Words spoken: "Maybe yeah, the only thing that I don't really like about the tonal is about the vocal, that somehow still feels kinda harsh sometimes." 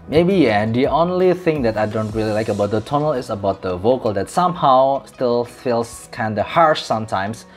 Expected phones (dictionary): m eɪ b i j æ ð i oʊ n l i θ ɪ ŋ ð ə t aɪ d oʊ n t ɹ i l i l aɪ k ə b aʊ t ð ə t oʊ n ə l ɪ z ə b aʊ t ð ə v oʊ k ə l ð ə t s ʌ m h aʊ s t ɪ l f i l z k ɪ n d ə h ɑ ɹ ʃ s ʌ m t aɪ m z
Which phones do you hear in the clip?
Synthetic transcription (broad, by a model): m eɪ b i j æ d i oʊ n l i θ ɪ ŋ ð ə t aɪ d oʊ n t ɹ i l i l aɪ k ə b aʊ t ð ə t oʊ n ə l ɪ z ə b aʊ t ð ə v oʊ k ə l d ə t s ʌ m h aʊ s t ɪ l f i l s k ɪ n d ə h ɑ ɹ ʃ s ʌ m t aɪ m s